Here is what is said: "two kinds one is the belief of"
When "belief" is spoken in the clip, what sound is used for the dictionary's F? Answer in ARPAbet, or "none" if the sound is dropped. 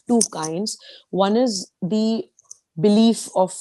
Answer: F